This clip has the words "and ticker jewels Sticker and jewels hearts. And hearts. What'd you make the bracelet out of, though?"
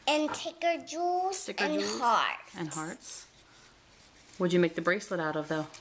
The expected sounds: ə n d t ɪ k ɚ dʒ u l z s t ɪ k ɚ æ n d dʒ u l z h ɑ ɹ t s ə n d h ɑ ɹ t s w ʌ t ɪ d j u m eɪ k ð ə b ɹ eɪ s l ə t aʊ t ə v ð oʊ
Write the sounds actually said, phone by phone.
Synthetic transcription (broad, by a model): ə n t ɪ k ɚ dʒ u l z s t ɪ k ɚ n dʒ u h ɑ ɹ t ə n h ɑ ɹ t s w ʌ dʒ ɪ m eɪ k ð ə b ɹ eɪ s l ə t aʊ t ə v ð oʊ